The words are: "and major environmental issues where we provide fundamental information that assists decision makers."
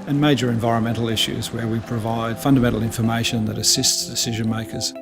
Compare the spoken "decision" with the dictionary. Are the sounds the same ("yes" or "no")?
yes